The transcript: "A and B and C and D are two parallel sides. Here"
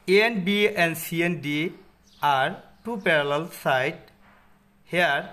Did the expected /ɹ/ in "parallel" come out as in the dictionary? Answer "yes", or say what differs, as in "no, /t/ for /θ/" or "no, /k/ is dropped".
yes